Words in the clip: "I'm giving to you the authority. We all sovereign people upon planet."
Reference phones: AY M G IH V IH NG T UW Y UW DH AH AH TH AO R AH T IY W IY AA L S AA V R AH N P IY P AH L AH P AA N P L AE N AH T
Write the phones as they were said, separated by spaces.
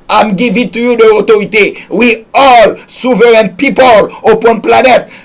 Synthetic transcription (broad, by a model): AY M G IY V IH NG T UW Y UW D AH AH T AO R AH T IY W IY AA L S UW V R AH N P IY P AH L AH P AA N P L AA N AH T